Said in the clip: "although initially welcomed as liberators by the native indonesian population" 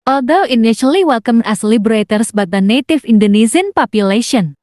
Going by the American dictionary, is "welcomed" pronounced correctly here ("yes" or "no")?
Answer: no